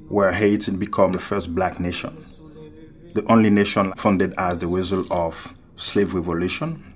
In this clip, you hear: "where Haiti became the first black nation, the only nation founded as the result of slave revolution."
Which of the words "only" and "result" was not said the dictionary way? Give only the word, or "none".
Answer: result